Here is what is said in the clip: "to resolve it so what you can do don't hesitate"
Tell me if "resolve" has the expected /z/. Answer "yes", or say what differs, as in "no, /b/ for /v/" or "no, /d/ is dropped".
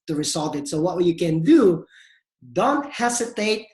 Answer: no, /s/ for /z/